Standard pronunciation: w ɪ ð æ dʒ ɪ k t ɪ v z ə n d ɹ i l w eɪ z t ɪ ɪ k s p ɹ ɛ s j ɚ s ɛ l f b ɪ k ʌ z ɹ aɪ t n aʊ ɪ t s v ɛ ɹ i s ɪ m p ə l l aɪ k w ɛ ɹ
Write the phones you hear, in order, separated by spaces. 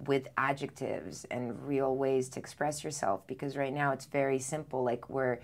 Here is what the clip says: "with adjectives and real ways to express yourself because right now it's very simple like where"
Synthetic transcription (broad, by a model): w ɪ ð æ dʒ ɪ k t ɪ v z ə n ɹ i l w eɪ z t ɪ ɪ k s p ɹ ɛ s j ɚ s ɛ l f b ɪ k ʌ z ɹ aɪ t n aʊ ɪ t s v ɛ ɹ i s ɪ m p l l aɪ k w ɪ ɹ